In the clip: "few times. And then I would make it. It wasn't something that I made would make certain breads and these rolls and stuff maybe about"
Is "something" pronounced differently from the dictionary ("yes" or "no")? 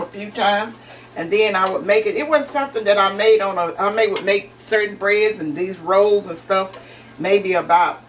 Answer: no